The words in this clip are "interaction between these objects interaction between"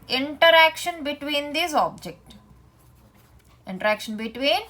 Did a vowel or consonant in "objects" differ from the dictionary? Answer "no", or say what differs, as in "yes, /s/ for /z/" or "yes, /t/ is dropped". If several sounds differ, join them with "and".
yes, /s/ is dropped